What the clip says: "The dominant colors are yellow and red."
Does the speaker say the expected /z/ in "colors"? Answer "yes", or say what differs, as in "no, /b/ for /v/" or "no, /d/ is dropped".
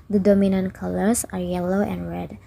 no, /s/ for /z/